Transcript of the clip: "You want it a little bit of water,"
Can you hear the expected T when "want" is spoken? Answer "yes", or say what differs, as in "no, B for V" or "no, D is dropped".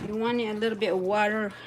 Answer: no, T is dropped